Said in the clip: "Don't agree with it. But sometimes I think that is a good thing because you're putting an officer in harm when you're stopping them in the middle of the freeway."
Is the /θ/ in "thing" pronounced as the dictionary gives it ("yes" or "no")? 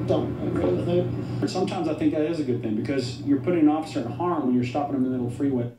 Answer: yes